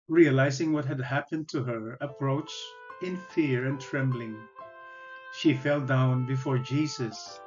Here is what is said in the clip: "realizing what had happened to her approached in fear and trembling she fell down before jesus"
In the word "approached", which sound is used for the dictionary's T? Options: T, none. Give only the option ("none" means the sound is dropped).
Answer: none